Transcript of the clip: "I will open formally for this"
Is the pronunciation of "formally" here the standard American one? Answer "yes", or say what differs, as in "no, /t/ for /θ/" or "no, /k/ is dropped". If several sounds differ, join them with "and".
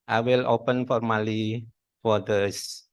yes